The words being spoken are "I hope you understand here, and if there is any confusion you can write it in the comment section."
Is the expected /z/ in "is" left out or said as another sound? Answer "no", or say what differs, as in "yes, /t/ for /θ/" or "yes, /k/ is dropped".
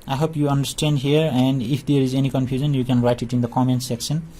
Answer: no